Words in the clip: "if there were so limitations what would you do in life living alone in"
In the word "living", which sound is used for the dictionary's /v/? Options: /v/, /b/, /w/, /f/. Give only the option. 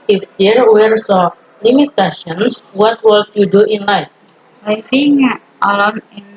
/f/